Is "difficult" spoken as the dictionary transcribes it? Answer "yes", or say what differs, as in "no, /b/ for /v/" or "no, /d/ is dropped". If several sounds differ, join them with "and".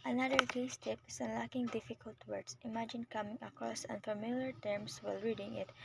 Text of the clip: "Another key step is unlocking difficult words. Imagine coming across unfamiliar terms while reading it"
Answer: yes